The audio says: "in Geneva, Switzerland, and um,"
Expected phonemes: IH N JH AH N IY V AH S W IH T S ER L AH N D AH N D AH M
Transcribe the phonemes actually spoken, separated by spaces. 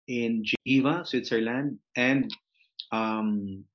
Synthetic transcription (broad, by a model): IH N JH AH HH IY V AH S W IH T S ER L AH N D AH N D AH M